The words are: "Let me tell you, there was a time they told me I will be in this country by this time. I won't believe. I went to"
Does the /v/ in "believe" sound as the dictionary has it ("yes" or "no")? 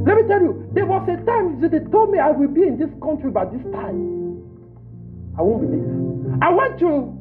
no